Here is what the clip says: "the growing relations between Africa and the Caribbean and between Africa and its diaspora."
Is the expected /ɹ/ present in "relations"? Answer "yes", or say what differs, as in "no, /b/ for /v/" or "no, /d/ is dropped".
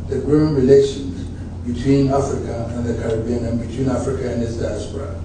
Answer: yes